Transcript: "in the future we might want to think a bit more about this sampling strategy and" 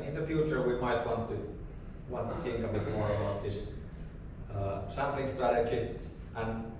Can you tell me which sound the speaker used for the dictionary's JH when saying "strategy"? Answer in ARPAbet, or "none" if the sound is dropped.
CH